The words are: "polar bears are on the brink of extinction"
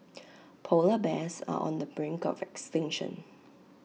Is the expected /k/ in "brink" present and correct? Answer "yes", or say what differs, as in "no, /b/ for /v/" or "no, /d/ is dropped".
yes